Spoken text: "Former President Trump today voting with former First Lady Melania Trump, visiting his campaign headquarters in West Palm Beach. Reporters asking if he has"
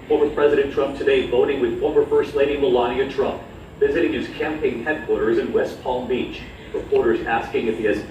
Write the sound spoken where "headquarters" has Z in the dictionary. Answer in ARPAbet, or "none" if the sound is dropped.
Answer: Z